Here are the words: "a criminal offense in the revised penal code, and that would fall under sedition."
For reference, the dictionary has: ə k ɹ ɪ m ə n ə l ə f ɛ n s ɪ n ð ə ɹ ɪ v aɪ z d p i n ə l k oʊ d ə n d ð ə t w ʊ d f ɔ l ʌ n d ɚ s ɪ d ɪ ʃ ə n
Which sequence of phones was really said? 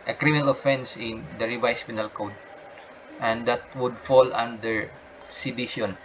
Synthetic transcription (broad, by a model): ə k ɹ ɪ m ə n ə l ə f ɛ n s ɪ n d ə ɹ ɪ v aɪ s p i n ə l k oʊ d ə n d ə t w ʊ d f ɔ l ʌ n d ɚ s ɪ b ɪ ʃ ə n